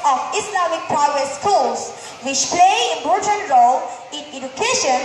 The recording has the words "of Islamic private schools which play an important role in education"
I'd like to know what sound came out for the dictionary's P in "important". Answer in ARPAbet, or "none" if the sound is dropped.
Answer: none